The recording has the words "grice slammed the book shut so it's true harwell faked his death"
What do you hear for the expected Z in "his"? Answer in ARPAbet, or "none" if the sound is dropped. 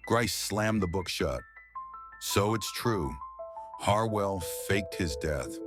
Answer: Z